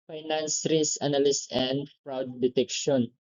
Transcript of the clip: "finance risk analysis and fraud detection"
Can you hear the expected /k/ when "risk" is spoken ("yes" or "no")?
no